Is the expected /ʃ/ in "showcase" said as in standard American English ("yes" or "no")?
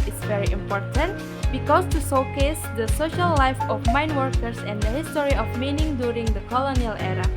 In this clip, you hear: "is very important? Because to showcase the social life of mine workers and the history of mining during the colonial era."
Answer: no